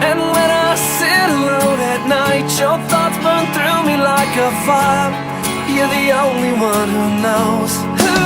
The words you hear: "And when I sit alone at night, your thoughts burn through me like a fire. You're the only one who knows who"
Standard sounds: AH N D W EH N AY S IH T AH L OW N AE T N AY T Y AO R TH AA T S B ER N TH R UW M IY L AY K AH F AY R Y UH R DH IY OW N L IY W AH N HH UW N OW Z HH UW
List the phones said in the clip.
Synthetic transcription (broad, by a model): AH N W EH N AY S IH T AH L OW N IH T N AY T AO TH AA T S B ER N TH R UW M IY L AY K AH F AY L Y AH R DH IY OW N L IY W AH N HH UW N OW Z